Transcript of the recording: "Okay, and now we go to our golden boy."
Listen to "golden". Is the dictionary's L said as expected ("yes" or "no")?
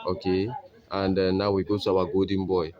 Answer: no